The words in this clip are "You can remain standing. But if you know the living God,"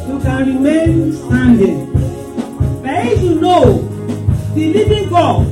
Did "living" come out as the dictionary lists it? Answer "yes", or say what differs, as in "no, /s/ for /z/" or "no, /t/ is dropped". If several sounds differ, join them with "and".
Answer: no, /b/ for /v/